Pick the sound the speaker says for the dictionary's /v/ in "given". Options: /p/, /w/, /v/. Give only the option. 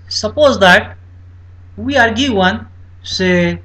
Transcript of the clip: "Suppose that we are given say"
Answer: /w/